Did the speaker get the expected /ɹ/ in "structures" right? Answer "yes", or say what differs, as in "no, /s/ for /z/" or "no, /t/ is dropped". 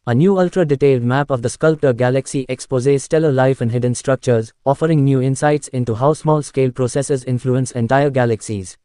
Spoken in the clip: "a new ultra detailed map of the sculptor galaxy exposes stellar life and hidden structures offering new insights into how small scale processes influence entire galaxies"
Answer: yes